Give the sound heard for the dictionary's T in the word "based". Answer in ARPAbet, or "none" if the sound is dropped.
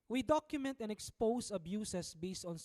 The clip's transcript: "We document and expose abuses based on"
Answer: T